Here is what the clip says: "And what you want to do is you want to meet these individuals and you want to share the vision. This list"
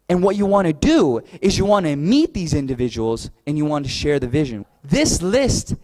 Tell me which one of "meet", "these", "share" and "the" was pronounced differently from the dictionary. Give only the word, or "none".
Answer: none